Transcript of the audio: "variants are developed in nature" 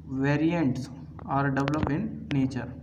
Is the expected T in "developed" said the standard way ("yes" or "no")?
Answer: no